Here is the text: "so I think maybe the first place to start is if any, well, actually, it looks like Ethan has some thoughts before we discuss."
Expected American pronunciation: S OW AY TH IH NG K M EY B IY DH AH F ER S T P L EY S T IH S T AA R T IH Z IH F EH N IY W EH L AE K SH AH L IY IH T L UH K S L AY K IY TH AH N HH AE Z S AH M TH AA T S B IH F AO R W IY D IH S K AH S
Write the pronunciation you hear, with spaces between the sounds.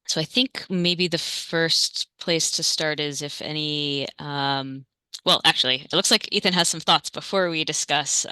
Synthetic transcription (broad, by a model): S OW AY TH IH NG K M EY B IY DH AH F ER S T P L EY S T IH S T AA R T IH Z IH F EH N IY W EH L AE K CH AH L IY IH T L UH K S L AY K IY TH AH N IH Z S AH M TH AA T S B IH F AO R W IY D IH S K AH S